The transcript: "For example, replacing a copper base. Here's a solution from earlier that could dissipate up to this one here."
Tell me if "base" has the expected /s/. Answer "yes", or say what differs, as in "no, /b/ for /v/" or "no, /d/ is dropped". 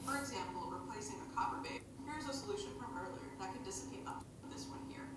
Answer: no, /s/ is dropped